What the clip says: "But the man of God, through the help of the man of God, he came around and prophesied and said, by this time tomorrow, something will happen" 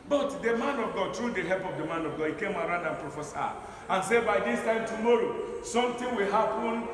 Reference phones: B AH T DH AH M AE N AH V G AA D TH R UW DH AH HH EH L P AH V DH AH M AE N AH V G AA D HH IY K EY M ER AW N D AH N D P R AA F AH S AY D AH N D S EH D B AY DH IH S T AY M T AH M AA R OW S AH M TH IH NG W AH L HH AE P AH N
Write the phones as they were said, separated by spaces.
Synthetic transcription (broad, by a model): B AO T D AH M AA N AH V G AA D T R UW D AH HH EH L P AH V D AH M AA N AH V G AA D HH IY K EY M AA AW N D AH N P R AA F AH S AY AH N S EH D B AY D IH S T AY M T AH M AA R OW S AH M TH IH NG W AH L HH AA P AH N